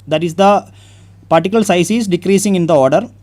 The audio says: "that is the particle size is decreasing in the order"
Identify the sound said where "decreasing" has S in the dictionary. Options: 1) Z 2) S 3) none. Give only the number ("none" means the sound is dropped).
2